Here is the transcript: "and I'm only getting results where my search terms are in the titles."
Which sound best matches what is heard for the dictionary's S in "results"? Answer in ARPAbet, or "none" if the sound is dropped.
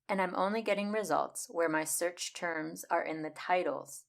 S